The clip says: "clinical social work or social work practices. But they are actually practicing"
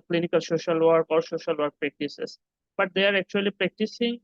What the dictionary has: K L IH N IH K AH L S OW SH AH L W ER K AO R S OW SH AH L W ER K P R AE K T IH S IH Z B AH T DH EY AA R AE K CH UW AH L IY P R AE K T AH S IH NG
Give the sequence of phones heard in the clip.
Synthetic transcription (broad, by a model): K L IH N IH K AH L S OW SH AH L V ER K AO R S OW SH AH L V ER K P R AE K T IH S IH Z B AH T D EY AA R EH K CH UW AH L IY P R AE K T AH S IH NG